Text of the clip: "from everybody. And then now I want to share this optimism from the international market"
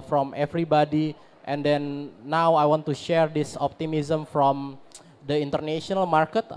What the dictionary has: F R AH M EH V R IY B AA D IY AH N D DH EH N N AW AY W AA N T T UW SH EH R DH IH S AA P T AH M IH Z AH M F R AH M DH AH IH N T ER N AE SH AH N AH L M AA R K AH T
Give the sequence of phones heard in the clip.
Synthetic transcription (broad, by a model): F R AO M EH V R IY B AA D IY AH N D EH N N AW AY W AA N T T UW SH EH R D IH S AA P T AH M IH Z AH M F R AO M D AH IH N T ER N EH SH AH N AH L M AA R K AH T